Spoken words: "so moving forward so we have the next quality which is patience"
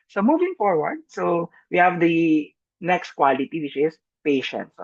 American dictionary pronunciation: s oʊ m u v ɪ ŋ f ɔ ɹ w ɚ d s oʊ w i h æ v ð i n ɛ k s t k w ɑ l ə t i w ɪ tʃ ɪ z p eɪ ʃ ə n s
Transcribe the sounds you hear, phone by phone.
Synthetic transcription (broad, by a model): s oʊ m u v ɪ ŋ f ɔ ɹ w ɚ d s oʊ w i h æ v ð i n ɛ k s t k w ɑ l ə t i w ɪ tʃ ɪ s p eɪ ʃ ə n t